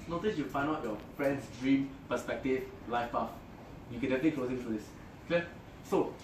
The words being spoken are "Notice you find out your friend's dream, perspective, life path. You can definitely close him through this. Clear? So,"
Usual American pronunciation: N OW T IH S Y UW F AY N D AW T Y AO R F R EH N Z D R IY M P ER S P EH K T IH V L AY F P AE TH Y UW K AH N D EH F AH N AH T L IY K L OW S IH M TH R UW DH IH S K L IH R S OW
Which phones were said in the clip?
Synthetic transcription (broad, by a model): N OW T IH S Y UW F AY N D AW T Y AO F R EH N S D R IY M P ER S P EH K T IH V L AY F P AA F Y UW K AH N D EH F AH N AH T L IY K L OW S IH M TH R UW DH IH S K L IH S OW